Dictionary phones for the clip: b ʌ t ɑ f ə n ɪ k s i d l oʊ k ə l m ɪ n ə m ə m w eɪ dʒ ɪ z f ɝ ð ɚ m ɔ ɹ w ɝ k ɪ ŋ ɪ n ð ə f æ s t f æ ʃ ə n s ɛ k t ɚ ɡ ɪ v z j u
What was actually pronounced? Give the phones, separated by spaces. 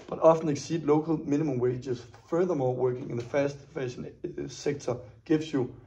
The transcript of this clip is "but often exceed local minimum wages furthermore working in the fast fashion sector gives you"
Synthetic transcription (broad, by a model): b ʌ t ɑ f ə n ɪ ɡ s i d l oʊ k ə l m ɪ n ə m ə m w eɪ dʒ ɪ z f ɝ ð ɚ m ɔ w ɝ k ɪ ŋ ɪ n ð ə f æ s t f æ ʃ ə n s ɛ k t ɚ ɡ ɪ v s j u